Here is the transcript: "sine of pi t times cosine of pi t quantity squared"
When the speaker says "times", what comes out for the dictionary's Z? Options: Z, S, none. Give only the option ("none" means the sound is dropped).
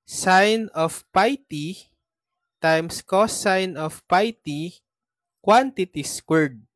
S